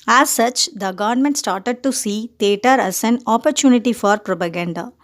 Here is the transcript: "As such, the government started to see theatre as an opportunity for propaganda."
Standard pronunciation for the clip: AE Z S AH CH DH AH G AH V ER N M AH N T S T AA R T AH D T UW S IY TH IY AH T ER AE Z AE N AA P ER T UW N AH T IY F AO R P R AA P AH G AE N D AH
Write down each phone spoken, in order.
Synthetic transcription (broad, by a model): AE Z S AH CH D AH G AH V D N M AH N T S T AA R T AH D T UW S IY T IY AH T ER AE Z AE N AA P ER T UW N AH T IY F AO R P R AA P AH G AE N D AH